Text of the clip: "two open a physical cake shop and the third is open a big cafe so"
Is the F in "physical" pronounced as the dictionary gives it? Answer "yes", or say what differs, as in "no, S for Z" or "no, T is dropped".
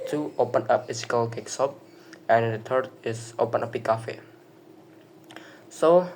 no, P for F